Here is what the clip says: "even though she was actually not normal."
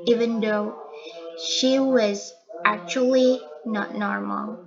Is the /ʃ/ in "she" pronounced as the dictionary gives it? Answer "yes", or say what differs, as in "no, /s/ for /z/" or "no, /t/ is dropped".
yes